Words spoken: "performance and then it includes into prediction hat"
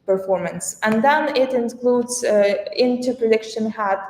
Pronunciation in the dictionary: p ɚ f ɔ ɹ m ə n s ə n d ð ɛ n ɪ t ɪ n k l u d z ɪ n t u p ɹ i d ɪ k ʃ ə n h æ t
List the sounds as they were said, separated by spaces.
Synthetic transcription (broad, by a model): p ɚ f ɔ ɹ m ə n s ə n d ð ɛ n ɪ t ɪ n k l u d z ɪ n t u p ɹ i d ɪ k ʃ ə n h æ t